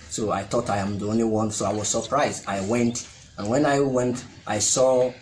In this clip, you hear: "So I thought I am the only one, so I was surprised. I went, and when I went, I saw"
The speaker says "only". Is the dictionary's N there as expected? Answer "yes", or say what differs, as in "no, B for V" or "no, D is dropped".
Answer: yes